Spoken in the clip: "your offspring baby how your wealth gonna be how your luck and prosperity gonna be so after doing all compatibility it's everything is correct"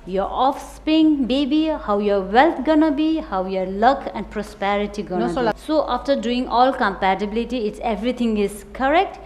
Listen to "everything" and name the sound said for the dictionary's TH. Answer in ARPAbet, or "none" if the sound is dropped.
T